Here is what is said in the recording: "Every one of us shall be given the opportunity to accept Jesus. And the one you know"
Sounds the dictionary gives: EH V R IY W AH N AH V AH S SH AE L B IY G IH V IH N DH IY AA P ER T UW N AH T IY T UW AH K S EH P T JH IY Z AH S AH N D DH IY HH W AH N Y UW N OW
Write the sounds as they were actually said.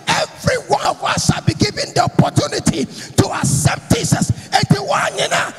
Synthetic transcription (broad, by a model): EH V R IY W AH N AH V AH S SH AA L B IY G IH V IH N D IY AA P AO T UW N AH T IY T UW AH S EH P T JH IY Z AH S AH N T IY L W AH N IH N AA